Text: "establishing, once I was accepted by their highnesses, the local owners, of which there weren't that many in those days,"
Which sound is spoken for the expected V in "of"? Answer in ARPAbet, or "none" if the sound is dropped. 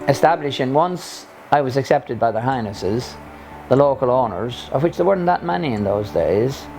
V